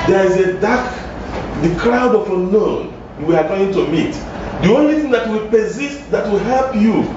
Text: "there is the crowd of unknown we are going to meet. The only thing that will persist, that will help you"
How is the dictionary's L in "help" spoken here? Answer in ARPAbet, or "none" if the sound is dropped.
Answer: L